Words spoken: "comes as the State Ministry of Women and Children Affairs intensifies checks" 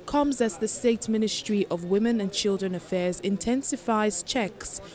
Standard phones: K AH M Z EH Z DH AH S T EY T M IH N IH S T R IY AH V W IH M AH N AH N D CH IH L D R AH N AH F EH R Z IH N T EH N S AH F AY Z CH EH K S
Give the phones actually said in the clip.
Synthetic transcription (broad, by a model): K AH M Z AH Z DH AH S T EY T M IH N IH S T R IY AH V W IH M AH N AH N CH IH L D R AH N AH F EH Z IH N T EH N S AH F AY Z CH EH K S